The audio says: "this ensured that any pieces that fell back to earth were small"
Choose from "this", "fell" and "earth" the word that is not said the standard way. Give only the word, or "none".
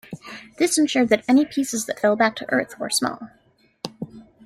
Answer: none